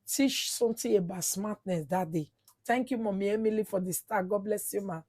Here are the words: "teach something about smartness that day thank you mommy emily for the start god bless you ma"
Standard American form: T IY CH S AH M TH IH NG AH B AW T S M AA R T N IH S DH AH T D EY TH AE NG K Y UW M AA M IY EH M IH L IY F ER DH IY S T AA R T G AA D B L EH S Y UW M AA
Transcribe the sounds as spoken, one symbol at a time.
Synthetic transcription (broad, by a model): T IY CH S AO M T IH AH B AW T S M AA T N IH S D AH T D EY T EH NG K Y UW M AA M IY EH M IH L IY F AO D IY S T AA G AA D B L EH S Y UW M AA